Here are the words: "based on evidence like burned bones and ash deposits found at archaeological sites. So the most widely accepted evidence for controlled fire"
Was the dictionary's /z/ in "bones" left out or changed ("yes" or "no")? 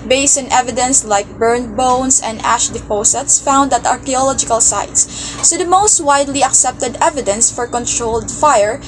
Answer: yes